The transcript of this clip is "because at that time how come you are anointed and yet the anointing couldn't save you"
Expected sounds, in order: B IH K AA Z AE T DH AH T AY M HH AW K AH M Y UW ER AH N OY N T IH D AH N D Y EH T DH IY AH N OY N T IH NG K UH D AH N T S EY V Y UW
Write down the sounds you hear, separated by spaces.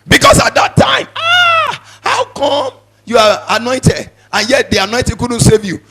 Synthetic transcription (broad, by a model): B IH K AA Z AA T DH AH T AY M HH AW K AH M Y UW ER AH N OY N T IH D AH N Y EH T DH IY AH N OY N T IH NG K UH D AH N T S EY V Y UW